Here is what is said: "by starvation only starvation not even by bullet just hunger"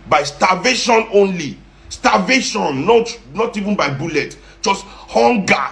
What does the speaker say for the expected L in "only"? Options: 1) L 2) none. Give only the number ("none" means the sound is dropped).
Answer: 1